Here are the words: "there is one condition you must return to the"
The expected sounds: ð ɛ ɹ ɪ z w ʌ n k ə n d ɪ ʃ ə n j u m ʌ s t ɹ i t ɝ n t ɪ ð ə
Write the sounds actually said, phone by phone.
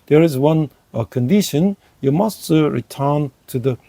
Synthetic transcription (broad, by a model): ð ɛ ɹ ɪ z w ʌ n k ə n d ɪ ʃ ə n j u m ʌ s t ɹ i t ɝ n t ɪ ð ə